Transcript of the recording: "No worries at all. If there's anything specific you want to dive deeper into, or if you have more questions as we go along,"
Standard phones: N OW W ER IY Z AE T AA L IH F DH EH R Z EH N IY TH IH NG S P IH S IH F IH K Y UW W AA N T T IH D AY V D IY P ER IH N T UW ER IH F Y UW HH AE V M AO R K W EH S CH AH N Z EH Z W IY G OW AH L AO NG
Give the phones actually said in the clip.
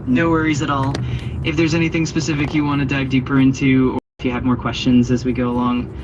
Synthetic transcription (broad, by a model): N OW W ER IY Z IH T AA L IH F DH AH R Z EH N IY TH IH NG S P IH S IH F IH K Y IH W AA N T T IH D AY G D IY P ER IH N T UW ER IH F Y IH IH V M AO R K W EH S CH AH N Z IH Z W IY G OW AH L AO NG